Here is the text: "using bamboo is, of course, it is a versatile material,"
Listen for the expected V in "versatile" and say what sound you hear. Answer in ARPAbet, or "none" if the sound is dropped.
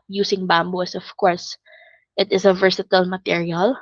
V